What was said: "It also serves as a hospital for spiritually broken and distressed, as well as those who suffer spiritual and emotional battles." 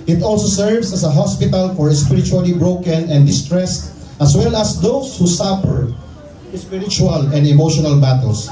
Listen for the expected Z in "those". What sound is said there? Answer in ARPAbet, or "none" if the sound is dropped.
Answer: S